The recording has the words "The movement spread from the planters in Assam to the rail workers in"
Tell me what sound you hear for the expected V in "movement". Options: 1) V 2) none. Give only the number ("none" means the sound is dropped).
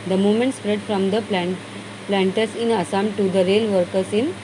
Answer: 2